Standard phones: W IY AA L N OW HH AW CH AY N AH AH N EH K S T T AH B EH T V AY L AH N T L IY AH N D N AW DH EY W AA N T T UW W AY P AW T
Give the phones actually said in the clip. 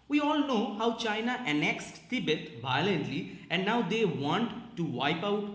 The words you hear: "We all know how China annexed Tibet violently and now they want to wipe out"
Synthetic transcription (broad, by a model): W IY AA L N OW HH AW CH AY N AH AH N EH K S T T AH B EH T V AY L AH N T L IY AH N D N AW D EY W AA N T T UW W AY P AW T